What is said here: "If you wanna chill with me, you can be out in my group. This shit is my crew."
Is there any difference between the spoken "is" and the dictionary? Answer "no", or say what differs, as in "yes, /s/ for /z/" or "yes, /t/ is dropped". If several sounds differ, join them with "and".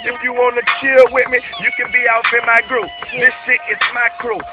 yes, /s/ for /z/